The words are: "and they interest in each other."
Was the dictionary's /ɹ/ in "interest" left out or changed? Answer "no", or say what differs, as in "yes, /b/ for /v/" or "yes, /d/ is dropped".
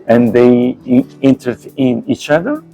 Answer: yes, /ɹ/ is dropped